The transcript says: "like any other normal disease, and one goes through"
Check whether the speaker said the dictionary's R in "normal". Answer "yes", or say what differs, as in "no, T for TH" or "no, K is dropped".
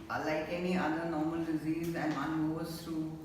yes